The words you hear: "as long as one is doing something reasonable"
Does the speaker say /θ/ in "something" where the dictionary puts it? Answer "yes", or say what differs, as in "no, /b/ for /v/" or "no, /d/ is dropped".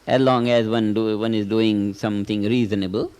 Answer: no, /t/ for /θ/